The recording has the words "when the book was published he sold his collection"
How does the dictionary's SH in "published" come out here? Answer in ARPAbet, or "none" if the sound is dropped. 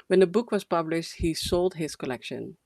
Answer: SH